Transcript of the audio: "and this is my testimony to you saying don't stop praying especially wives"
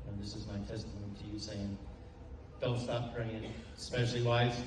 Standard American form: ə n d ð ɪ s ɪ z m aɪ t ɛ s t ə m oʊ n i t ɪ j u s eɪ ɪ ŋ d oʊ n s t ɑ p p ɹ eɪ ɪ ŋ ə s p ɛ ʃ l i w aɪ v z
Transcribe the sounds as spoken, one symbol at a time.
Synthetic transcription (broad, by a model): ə ð ɪ s ɪ z m aɪ t ɛ s t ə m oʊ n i t ɪ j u s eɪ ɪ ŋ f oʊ l s t ɑ p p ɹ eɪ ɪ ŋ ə s p ɛ ʃ l i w aɪ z